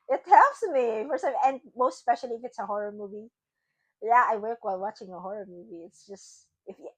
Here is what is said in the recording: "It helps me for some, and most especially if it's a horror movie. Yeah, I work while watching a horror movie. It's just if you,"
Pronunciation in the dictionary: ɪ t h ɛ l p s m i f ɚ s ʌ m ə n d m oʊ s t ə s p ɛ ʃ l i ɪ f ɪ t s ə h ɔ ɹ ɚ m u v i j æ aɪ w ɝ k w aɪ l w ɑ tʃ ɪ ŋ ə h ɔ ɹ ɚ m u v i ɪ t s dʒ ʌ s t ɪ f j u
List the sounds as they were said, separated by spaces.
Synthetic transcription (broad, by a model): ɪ t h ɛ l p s m i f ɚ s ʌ ə n m oʊ s t s p ɛ ʃ l i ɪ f ɪ t s ə h ɔ ɹ ɚ m u v i j æ aɪ w ɝ k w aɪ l w ɑ tʃ ɪ ŋ ə h ɔ ɹ ɚ m u v i ɪ t s dʒ ʌ s t ɪ f j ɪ